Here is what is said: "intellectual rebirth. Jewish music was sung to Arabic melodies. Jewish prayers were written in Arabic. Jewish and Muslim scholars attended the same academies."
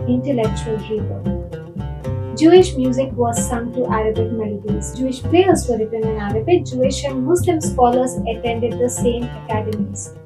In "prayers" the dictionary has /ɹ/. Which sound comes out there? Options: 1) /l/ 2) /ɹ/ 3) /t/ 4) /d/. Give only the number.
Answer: 1